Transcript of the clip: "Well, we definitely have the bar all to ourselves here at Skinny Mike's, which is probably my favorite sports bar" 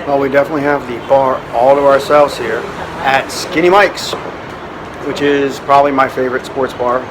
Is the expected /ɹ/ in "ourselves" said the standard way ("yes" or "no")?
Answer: yes